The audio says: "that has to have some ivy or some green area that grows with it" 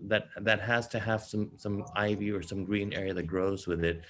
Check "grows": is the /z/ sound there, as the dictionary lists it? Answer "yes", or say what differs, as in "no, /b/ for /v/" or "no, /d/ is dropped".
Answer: yes